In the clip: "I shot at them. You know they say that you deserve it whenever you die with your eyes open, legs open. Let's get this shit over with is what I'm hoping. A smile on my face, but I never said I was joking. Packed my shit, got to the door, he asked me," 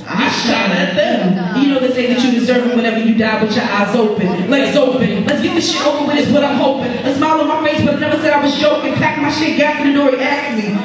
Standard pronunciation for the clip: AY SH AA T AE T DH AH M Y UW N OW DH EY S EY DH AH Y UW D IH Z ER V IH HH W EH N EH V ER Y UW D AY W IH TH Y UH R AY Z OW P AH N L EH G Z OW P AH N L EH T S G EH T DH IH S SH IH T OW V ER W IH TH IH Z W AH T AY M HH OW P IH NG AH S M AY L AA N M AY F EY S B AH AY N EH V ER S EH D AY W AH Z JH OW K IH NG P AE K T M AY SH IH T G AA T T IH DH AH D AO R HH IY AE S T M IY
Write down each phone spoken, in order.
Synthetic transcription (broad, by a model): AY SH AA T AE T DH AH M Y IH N OW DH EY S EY DH AH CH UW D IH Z ER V IH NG W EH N EH V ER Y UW D AY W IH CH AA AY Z OW P AH N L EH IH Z OW P AH N L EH T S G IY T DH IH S SH IH T OW P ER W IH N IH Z W AH T AY M HH OW P IH NG AH S M AY L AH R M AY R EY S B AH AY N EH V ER S EH D AY W AH Z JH OW K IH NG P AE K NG M AY SH IH T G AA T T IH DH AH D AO R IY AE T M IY